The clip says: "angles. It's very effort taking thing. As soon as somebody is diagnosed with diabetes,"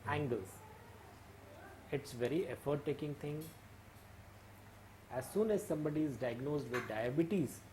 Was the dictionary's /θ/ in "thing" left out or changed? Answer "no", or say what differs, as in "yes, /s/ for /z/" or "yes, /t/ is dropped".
yes, /t/ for /θ/